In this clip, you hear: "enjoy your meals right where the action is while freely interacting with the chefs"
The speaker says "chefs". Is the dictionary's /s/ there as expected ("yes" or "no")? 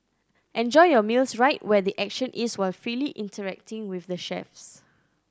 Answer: yes